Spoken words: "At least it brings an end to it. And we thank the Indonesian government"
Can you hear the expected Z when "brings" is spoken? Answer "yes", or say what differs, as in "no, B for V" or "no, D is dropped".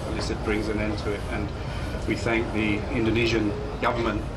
yes